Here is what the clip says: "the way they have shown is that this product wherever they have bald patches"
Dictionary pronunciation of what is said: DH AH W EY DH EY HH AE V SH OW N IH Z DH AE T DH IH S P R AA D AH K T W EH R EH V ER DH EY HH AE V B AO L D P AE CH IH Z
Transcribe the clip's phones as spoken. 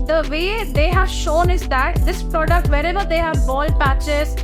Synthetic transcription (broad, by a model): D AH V EY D EY HH AE V SH OW N IH Z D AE T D IH S P R AA D AH K T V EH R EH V ER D EY HH AE V B AO L D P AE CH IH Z